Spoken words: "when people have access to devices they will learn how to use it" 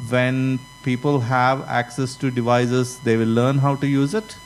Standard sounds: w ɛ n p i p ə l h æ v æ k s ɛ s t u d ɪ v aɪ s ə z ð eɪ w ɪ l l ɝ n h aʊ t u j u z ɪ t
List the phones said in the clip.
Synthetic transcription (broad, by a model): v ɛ n p i p ə l h æ v æ k s ɛ s t u d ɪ v aɪ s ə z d eɪ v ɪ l l ɝ n h aʊ t u j u z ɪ t